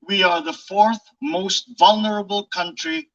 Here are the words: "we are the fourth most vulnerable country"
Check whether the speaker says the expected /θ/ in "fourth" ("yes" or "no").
yes